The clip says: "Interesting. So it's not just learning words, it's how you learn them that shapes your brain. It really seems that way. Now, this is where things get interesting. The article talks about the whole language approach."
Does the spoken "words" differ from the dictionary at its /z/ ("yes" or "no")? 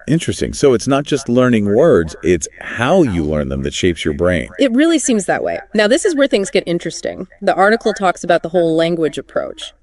no